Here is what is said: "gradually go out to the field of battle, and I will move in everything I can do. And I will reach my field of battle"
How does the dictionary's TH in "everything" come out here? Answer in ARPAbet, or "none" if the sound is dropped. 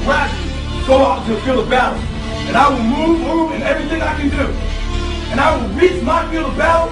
TH